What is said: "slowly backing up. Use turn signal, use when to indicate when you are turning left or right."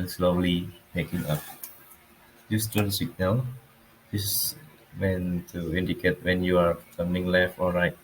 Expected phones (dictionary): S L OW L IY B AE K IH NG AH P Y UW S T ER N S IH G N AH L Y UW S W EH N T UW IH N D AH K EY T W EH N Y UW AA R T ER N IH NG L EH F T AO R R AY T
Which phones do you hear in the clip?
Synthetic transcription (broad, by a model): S L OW L IY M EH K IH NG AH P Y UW S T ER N S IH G N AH L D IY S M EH N T UW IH N D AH K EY T W EH N Y UW AA R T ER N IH NG L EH F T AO L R AY T